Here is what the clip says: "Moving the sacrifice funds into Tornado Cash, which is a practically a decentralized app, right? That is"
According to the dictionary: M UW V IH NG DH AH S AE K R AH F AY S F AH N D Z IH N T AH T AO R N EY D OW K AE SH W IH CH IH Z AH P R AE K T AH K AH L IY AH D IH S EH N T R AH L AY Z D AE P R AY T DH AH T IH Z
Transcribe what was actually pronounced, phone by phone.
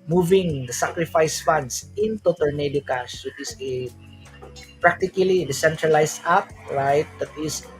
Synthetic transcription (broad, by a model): M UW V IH NG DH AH S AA K R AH F AY S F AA N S IH N T AH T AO L N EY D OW K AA S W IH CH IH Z AH P R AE K T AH K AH L IY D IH S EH N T R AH L AY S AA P R AY T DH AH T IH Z